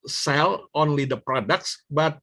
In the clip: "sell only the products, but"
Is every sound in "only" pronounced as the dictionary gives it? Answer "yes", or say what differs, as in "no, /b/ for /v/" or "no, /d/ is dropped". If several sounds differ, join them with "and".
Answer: yes